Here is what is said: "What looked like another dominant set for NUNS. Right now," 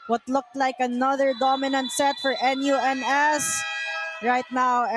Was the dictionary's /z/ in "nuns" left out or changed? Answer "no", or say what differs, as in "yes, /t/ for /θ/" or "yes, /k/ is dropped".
yes, /s/ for /z/